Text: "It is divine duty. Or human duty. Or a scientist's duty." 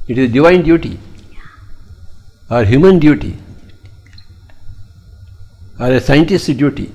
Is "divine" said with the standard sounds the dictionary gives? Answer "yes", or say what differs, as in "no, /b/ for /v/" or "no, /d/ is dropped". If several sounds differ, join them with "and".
yes